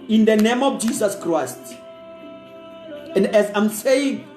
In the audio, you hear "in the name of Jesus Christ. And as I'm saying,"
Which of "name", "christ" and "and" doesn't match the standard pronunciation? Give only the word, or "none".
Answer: none